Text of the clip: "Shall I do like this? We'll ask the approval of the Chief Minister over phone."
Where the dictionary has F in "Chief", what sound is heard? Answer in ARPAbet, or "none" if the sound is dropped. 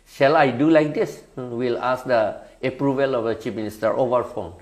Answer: P